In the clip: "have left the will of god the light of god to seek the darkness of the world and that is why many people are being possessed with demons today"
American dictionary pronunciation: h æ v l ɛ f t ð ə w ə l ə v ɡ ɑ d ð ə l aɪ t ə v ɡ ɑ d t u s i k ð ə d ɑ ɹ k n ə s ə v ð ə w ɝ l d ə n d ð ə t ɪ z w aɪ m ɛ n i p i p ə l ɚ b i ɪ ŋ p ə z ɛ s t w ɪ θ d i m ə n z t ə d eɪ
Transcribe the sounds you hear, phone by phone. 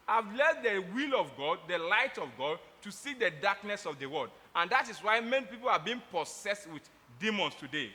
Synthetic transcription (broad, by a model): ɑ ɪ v l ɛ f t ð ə w ə l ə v ɡ ɑ d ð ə l aɪ t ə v ɡ ɑ d t u s i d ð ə d ɑ k n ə s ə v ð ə w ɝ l d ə n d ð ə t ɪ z w aɪ m ɛ n i p i p ə l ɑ b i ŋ p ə s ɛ s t w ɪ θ d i m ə n s t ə d eɪ